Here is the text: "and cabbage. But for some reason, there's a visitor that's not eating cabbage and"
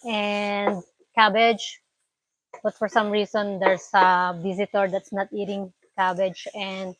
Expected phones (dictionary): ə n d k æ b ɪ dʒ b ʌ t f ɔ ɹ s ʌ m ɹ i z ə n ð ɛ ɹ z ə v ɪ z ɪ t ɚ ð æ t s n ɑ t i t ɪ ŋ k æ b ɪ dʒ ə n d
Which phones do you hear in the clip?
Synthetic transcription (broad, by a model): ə n d k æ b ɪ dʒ b ʌ t f ɔ ɹ s ʌ m ɹ i s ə n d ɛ ɹ s ə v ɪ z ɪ t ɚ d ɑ t s n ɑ t i t ɪ ŋ k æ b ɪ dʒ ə n d